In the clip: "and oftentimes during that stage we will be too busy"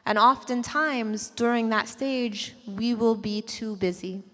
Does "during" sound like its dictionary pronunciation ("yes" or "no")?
yes